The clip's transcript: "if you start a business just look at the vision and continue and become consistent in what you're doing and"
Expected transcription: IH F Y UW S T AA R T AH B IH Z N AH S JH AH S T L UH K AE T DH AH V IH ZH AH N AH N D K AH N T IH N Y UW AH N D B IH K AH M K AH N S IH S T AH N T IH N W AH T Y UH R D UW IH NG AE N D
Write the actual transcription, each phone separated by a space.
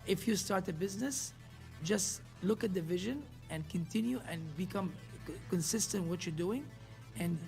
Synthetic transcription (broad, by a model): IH F Y UW S T AA R T AH B IH Z N AH S JH AH S T L UH K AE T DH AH V IH ZH AH N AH N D K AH N T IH N Y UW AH N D B IH K AH M K AH N S IH S T AH N T W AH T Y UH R D UW IH NG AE N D